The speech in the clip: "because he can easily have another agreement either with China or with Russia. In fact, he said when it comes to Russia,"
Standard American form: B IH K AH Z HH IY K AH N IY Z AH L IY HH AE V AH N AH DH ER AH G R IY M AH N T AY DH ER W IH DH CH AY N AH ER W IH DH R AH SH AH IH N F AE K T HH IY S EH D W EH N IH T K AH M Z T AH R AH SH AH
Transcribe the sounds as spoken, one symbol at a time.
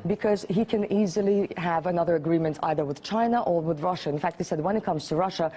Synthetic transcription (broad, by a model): B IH K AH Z HH IY K AH N IY Z AH L IY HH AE V AH N AH DH ER AH G R IY M AH N T AY DH ER W IH DH CH AY N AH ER W IH DH R AH SH AH IH N F AE K T HH IY S EH D W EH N IH T K AH M Z T AH R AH SH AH